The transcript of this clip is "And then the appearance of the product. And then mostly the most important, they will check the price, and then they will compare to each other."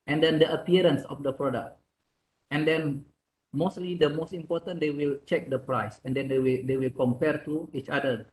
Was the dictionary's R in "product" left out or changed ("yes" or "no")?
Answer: no